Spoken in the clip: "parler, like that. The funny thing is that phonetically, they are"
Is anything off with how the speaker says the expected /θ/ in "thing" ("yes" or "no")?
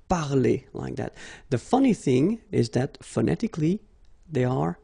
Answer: no